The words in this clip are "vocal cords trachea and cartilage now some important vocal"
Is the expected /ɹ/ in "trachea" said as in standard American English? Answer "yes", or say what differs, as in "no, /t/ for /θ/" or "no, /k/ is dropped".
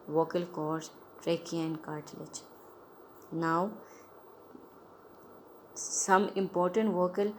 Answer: yes